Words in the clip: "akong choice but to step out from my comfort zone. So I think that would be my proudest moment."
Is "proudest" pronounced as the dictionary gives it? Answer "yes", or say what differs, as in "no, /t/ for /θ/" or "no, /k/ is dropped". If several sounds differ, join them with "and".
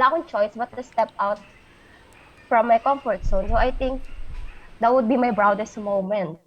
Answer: no, /b/ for /p/